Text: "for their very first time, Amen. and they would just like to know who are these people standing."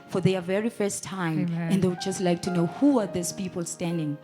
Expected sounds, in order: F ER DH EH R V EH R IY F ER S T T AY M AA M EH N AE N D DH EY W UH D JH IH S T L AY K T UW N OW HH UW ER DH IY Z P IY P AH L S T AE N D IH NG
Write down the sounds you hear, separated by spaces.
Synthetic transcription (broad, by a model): F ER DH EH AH V EH R IY F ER S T T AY AA M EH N N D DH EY W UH D JH IH S T L AY K T UW N OW HH UW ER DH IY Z P IY P AH L S T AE N D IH NG